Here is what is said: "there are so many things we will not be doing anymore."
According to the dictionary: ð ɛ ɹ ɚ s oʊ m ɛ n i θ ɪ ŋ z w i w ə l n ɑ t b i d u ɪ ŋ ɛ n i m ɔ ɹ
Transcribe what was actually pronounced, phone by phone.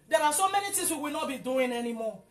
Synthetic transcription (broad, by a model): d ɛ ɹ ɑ s oʊ m ɛ n i t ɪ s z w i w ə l n ɑ t b i d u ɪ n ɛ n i m ɔ